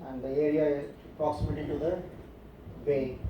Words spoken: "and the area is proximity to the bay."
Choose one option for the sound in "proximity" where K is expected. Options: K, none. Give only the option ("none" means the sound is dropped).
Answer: none